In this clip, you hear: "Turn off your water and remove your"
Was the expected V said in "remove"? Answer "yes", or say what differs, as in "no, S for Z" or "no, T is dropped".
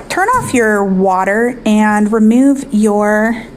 yes